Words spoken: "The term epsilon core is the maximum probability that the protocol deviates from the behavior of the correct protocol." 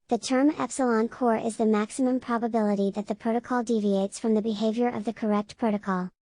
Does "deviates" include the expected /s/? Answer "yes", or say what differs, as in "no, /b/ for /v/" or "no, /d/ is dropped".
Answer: yes